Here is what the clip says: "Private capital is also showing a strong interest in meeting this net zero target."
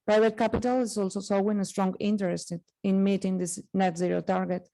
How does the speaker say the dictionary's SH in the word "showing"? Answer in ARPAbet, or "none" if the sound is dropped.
S